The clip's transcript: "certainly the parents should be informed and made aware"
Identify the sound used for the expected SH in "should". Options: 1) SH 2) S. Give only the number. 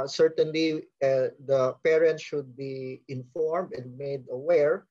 1